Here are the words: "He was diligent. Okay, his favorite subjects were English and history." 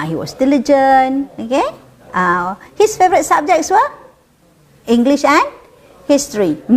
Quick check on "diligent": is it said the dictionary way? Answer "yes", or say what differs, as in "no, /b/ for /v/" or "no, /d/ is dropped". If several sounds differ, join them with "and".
no, /t/ is dropped